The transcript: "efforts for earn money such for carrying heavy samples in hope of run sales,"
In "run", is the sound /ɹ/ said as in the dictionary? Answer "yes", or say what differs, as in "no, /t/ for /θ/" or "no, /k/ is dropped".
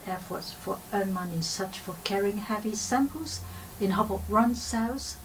yes